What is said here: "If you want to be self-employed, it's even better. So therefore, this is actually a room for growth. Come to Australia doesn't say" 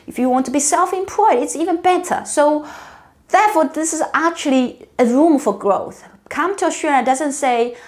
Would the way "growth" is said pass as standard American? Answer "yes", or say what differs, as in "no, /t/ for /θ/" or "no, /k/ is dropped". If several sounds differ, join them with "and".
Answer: yes